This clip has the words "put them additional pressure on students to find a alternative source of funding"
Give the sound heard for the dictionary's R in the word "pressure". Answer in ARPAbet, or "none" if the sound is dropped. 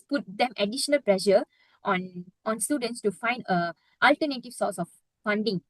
L